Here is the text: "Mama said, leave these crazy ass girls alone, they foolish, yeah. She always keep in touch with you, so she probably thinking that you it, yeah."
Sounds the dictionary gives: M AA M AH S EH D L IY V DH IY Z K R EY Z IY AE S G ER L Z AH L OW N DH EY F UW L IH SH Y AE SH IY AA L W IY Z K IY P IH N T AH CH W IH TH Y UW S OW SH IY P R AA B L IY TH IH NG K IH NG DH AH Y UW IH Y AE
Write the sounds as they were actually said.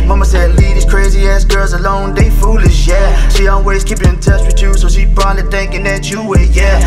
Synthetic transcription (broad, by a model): M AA M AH S EH D L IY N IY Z K R EY Z IY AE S G ER L Z AH L OW N DH EY F UW L IH SH Y AE SH IY AA L W IY Z K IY P IH N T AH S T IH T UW S OW SH IY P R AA L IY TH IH NG K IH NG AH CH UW IH Y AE